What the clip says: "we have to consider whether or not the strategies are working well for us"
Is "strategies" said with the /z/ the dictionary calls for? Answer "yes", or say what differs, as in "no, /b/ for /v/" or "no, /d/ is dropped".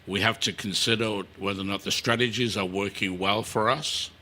yes